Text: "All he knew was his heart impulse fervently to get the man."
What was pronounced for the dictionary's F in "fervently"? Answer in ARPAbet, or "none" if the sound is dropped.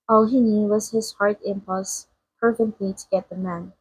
P